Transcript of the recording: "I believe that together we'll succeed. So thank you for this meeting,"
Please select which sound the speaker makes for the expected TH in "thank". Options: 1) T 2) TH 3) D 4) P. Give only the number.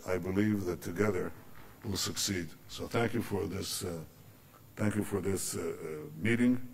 2